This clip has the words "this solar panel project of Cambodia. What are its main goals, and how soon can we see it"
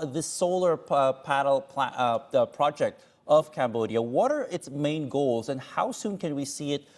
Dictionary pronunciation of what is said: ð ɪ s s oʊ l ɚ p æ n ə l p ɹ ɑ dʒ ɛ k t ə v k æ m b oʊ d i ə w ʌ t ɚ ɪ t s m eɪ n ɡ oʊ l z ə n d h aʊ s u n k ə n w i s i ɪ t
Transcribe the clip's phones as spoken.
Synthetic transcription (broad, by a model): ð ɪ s s oʊ l ɚ p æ l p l p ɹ ɑ dʒ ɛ k t ə v k æ m b oʊ d i ə w ʌ t ɚ ɪ t s m eɪ n ɡ oʊ l z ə n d h aʊ s u n k ə n w i s i ɪ t